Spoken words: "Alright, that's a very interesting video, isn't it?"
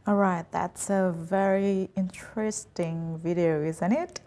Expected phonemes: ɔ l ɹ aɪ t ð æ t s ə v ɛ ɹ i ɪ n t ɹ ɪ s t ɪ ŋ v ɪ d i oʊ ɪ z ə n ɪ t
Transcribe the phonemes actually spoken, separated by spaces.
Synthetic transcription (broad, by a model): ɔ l ɹ aɪ t ð æ t s ə v ɛ ɹ i ɪ n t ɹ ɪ s t ɪ ŋ v ɪ d i oʊ ɪ z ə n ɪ t